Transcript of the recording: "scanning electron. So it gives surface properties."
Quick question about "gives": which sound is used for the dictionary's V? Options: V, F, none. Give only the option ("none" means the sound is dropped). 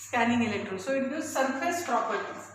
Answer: none